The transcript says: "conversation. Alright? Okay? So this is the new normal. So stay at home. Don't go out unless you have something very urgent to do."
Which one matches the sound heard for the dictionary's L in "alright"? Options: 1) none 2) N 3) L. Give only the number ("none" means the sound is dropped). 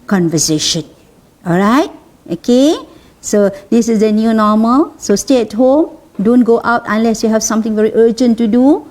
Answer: 3